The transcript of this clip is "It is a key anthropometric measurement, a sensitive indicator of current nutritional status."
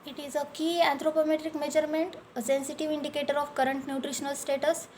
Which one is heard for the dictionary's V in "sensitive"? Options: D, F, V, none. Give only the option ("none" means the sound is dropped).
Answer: V